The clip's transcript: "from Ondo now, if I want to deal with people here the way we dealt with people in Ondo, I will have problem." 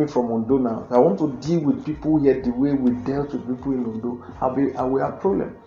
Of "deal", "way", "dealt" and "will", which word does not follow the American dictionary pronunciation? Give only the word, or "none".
will